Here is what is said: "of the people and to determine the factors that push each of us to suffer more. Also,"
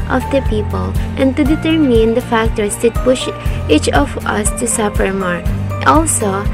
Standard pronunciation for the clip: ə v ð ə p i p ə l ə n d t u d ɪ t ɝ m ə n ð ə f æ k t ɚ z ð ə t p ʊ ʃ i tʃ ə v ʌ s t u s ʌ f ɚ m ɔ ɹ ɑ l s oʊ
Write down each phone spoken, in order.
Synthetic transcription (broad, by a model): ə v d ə p i p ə l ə n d t u d ɪ t ɝ m ə n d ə f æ k t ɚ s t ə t p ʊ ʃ i tʃ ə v ʌ s t u s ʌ p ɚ m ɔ ɹ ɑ l s oʊ